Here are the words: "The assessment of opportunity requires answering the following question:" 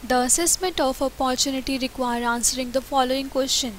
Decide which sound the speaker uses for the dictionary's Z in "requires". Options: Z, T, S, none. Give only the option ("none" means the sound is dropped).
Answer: none